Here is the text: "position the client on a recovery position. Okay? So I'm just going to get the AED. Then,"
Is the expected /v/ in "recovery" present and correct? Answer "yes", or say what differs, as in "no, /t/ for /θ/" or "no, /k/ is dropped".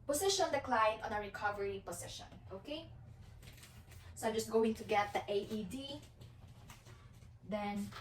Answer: yes